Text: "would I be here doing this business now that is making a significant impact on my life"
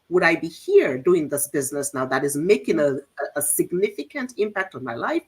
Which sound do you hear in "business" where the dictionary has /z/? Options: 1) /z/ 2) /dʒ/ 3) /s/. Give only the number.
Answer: 1